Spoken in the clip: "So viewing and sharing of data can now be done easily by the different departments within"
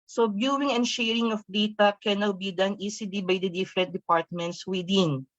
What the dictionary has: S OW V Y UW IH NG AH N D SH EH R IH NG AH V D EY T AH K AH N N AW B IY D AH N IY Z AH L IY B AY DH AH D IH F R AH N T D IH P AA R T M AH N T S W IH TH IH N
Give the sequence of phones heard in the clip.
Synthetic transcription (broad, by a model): S OW B Y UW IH NG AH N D SH EH R IH NG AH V D EY T AH K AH N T B IY D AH N IY S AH L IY B AY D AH D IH F R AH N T D IH P AA R T M AH N T S W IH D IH N